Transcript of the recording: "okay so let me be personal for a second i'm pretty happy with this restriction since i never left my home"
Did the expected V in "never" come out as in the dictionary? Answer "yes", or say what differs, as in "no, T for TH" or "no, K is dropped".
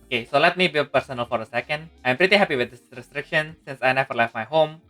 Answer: no, F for V